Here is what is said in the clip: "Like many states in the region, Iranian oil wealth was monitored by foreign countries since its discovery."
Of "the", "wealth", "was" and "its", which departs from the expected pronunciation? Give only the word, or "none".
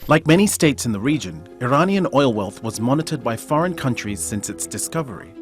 none